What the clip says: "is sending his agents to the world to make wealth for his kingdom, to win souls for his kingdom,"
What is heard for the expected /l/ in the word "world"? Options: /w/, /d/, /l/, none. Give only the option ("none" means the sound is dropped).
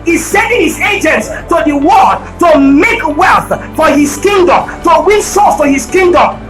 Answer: none